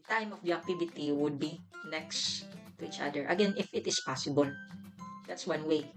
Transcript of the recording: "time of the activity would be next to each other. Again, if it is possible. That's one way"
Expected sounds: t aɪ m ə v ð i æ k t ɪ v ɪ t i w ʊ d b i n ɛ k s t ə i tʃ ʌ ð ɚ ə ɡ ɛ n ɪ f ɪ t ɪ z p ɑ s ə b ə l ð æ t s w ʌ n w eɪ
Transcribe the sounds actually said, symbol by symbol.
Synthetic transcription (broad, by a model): t aɪ m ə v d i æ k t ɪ b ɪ t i w ʊ d b i n ɛ k s t ə i tʃ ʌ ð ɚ ə ɡ ɛ n ɪ f ɪ t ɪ s p ɑ s ə b ə l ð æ t s w ʌ n w eɪ